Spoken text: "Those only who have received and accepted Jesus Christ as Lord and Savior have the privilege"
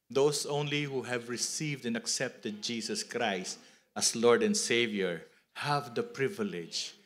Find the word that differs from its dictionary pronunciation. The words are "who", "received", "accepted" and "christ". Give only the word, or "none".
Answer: none